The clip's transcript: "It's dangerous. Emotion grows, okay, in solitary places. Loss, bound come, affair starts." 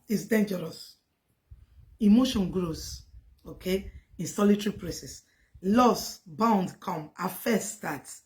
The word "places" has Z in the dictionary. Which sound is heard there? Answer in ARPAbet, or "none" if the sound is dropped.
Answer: S